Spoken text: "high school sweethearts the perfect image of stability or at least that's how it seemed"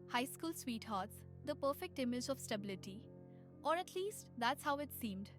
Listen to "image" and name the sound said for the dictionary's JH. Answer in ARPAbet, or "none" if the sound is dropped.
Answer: JH